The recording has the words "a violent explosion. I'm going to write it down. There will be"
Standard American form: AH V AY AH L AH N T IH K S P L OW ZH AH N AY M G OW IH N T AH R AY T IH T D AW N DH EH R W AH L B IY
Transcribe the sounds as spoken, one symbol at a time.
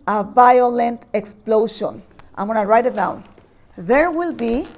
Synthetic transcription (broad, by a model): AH V AY AH L AH N T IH K S P L OW SH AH N AY M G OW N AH R AY T IH T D AW N DH EH R W AH L B IY